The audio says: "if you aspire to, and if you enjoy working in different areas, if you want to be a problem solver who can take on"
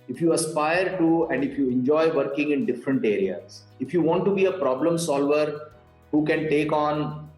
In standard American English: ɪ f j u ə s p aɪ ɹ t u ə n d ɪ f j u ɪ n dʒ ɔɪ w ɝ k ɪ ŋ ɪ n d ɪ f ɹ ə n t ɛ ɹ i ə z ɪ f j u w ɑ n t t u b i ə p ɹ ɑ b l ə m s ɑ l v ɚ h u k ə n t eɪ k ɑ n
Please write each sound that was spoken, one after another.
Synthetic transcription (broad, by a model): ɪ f j u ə s p aɪ ɹ t u ə n d ɪ f j u ɪ n dʒ ɔɪ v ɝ k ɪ ŋ ɪ n d ɪ f ɹ ə n t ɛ ɹ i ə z ɪ f j u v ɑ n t t u b i ə p ɹ ɑ b l ə m s ɑ l v ɚ h u k ə n t eɪ k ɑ n